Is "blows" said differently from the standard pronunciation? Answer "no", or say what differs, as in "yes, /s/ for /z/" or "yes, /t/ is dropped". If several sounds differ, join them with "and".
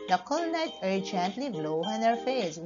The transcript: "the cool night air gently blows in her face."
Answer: yes, /z/ is dropped